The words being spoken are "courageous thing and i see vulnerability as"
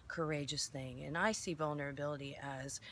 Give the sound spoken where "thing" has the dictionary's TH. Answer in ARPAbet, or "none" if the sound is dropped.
TH